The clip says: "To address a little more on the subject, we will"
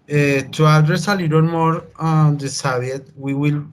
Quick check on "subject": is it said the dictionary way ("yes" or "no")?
no